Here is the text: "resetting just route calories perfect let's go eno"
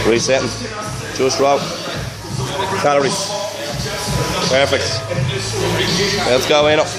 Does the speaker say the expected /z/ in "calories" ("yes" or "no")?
no